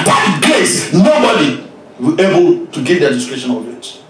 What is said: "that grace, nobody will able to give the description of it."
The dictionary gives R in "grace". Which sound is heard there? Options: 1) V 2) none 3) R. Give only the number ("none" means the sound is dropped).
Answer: 2